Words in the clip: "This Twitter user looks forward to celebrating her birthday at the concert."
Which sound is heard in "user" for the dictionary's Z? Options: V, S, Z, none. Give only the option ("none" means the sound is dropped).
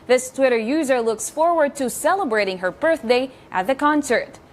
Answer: Z